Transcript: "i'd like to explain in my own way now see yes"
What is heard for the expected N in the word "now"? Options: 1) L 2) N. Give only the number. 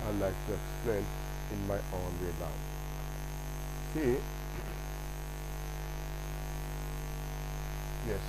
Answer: 1